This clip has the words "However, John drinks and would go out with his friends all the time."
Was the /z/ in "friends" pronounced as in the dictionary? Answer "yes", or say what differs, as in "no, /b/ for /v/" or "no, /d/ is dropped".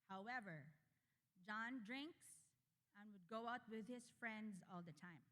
yes